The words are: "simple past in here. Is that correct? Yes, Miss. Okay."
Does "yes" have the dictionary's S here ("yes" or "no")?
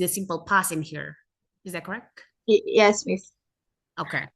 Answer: yes